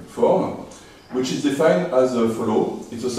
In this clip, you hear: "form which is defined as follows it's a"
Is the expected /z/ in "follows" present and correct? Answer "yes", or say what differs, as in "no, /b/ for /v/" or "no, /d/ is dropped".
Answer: no, /z/ is dropped